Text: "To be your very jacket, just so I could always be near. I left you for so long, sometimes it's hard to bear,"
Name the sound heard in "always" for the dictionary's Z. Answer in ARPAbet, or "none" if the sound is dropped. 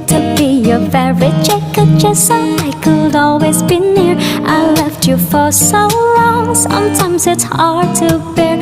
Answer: Z